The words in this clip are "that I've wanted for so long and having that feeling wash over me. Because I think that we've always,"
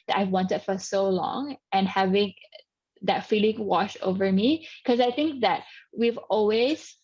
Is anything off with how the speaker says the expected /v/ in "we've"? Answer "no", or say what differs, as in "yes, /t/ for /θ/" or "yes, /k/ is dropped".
no